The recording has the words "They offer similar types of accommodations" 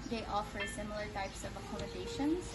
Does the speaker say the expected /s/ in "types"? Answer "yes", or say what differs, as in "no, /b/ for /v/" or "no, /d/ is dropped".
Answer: yes